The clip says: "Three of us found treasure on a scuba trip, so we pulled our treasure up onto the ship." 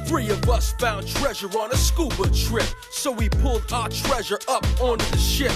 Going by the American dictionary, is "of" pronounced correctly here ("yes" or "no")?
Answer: yes